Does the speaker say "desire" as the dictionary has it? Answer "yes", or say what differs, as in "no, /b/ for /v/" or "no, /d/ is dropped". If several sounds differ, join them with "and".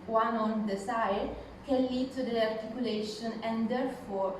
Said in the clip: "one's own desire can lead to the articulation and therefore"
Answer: no, /s/ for /z/